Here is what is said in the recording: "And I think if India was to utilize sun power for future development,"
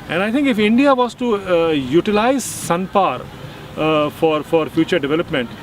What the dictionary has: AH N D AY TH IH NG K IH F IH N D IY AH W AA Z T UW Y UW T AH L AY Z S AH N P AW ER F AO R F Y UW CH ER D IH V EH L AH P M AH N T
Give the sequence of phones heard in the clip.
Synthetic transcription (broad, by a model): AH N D AY T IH NG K IH F IH N D IY AH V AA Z T UW Y UW T AH L AY Z S AH N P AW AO F AO R F Y UW CH ER D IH V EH L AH P M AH N T